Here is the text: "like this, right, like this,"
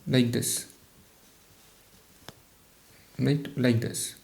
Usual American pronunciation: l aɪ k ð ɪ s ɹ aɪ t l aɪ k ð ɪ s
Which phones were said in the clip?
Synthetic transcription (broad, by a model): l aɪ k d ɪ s l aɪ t l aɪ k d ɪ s